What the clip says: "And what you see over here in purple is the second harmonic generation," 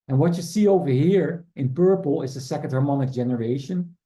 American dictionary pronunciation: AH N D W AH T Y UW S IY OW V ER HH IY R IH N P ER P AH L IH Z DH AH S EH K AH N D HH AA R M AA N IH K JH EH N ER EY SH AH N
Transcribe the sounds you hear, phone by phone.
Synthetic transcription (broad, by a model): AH N W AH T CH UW S IY OW V ER HH IY R IH N P ER P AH L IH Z DH AH S EH K AH N D HH AA R M AA N IH K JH EH N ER EY SH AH N